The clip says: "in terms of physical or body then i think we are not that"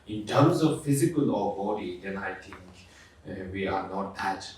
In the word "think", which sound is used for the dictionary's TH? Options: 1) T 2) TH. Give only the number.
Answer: 1